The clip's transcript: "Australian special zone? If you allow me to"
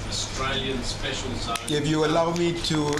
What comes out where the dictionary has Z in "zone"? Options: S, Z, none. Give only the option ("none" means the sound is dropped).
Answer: S